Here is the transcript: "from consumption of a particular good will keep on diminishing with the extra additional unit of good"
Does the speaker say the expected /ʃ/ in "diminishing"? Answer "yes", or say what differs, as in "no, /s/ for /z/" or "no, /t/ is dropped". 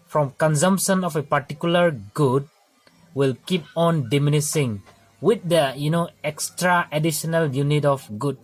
no, /s/ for /ʃ/